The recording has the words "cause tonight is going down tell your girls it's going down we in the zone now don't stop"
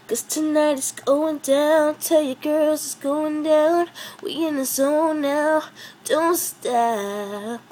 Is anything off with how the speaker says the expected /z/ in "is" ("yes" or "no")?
yes